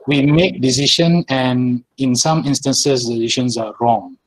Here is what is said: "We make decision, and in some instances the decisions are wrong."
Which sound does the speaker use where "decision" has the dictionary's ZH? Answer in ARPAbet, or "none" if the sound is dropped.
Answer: SH